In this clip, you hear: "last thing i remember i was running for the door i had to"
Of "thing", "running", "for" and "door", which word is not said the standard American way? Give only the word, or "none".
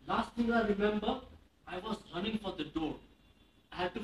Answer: thing